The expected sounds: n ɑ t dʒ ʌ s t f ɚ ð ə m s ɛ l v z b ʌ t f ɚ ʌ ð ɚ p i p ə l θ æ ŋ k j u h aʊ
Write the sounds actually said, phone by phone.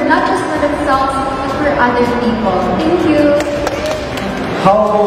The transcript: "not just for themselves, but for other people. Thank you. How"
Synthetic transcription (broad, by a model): n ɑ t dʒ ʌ s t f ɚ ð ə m s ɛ l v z b ʌ t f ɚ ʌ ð ɚ p i p ə l t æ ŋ k j u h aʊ